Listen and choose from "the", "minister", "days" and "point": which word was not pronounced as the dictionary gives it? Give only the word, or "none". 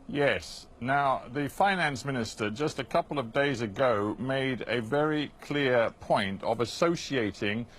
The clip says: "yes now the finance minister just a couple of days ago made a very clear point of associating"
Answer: none